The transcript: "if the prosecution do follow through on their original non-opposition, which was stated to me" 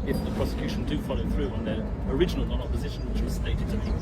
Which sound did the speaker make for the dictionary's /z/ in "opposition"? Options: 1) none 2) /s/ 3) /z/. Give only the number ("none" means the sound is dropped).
3